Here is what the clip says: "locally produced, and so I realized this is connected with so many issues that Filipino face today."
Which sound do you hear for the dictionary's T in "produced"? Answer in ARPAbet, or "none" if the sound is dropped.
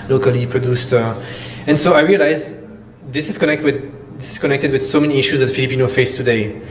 T